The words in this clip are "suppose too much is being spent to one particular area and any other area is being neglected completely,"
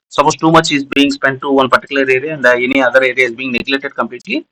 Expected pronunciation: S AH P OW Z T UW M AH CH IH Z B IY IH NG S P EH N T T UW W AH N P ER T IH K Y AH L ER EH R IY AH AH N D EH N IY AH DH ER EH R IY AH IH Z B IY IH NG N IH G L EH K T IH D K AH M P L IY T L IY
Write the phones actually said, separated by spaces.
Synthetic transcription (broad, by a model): S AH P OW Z T UW M AH CH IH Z B IY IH NG S P EH N T T UW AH N P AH T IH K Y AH L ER EH R IY AH AH N D EH N IY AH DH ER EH R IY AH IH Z B IY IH NG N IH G L EH T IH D K AH M P L IY T L IY